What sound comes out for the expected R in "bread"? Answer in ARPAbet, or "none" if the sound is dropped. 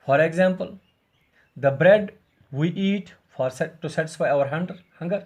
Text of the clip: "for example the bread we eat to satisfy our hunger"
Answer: R